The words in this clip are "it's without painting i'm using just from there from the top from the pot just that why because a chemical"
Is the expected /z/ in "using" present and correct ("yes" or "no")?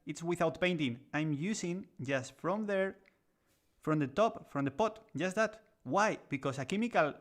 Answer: no